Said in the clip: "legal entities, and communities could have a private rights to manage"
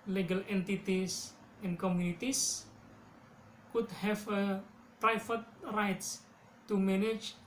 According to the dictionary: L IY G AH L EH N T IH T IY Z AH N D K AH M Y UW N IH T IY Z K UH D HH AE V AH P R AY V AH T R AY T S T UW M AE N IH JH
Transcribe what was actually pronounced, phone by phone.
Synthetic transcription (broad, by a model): L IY G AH L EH N T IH T IY S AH N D K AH M Y UW N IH T IY S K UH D HH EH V AH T R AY F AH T R AY T S T UW M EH N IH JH